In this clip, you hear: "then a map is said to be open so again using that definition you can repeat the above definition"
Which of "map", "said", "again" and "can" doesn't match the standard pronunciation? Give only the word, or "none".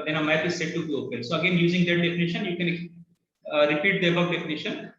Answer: map